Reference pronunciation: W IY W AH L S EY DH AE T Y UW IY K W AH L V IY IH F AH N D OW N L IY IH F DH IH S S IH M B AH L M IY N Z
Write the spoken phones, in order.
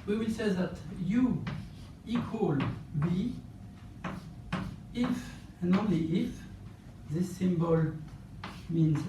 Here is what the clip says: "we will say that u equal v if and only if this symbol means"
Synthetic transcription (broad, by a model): W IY W AH L S EY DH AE T Y UW IY K W AH L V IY IH F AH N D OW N L IY IH F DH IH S S IH M B AH L M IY N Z